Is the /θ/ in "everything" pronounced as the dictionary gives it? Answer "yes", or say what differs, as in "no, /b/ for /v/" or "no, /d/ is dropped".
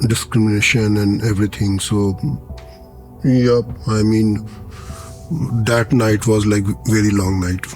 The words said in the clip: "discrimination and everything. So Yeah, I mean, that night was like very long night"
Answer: no, /t/ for /θ/